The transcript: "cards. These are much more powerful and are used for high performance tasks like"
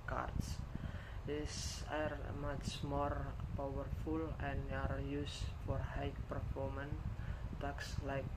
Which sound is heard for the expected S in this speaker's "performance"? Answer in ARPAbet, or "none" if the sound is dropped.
none